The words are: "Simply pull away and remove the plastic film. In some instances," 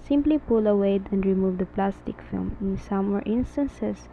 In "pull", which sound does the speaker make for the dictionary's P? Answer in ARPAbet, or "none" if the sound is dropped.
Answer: P